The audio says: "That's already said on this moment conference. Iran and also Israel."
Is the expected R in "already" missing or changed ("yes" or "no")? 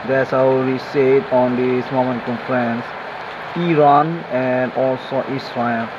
yes